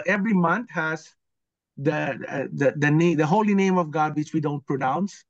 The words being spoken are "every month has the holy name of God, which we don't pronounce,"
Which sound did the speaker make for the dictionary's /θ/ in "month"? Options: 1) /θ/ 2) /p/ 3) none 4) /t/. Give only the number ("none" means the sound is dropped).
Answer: 4